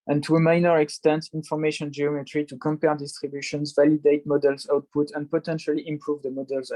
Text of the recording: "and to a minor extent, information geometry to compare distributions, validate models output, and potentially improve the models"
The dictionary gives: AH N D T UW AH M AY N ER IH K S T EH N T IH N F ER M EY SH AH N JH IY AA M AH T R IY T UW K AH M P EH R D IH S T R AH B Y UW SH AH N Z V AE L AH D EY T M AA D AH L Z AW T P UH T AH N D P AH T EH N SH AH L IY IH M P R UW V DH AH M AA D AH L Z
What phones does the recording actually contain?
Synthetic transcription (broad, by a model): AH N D T UW AH M AY N ER IH K S T EH N T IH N F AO M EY SH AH N JH IY AA M AH T R IY T UW K AH M P EH R D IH S T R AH B Y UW SH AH N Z V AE L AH D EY T M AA D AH L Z AW T P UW T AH N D P AH T EH N SH AH L IY IH M P R UW V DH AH M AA D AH L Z